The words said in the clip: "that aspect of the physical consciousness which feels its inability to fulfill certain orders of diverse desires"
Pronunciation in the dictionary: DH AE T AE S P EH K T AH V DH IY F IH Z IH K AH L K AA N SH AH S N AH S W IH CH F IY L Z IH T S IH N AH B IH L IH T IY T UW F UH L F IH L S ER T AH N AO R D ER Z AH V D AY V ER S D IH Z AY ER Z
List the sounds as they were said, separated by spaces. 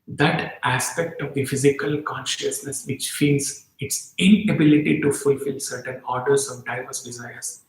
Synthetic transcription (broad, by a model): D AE T AE S P EH K T AH V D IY F IH Z IH K AH L K AA N SH AH S N AH S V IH CH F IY N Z IH T S IH N AH B IH L IH T IY T UW F UH L F IH L S ER T AH N AO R D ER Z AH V D AY V ER S D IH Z AY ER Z